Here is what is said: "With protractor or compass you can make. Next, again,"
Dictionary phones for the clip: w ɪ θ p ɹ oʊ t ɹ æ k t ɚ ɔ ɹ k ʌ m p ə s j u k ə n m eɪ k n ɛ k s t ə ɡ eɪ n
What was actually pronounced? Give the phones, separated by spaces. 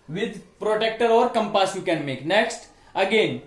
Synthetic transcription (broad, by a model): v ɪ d p ɹ oʊ t ɛ k t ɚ ɔ ɹ k ʌ m p ə s j u k ə n m eɪ k n ɛ k s t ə ɡ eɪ n